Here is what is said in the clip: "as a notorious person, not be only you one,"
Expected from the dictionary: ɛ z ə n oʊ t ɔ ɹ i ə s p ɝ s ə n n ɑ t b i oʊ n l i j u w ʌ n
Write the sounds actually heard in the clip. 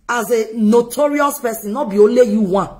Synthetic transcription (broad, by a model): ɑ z ə n oʊ t ɔ ɹ i ə s p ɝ s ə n n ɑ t b i oʊ l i j u w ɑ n